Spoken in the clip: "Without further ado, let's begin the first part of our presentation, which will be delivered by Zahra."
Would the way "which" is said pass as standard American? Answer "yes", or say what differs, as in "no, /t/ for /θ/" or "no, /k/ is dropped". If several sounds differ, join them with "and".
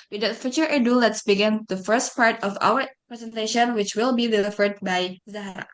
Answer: yes